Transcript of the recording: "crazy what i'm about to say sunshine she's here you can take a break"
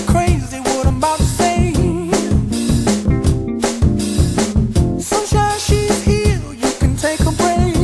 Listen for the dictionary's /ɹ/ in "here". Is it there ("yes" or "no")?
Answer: no